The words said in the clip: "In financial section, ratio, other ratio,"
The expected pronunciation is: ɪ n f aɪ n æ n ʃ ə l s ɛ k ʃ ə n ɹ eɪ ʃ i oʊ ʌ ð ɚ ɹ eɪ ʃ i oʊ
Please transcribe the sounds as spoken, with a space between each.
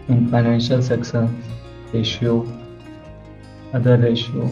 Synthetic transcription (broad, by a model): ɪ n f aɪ n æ n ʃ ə l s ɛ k s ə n ɹ eɪ ʃ i oʊ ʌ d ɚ ɹ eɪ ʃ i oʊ